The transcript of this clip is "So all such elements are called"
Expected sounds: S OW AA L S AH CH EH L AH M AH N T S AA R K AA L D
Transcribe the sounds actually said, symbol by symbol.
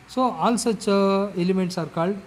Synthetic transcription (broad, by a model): S OW AA L S AH CH EH L AH M AH N T S AA R K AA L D